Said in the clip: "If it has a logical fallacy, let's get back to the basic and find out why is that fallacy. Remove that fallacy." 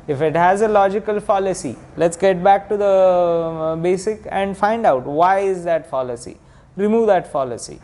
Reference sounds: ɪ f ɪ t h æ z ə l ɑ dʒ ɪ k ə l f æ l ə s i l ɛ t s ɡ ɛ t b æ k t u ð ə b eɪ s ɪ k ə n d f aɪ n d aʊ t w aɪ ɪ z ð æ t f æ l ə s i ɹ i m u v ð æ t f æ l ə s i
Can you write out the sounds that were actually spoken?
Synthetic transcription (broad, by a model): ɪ f ɪ t h æ z ə l ɑ dʒ ɪ k ə l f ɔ l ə s i l ɛ t s ɡ ɛ t b æ k t u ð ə b eɪ s ɪ k ə n d f aɪ n d aʊ t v aɪ ɪ z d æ t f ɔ l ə s i ɹ i m u v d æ t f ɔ l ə s i